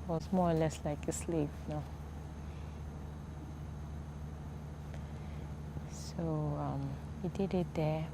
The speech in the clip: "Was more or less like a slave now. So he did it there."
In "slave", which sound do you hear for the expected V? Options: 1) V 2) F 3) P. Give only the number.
3